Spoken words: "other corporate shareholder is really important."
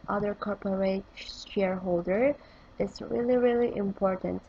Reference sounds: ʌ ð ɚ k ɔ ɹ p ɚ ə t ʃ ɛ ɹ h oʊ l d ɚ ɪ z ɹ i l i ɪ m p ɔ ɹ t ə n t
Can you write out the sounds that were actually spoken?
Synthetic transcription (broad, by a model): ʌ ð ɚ k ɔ ɹ p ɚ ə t ʃ ɛ ɹ h oʊ l d ɚ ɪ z ɹ i l i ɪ m p ɔ ɹ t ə n t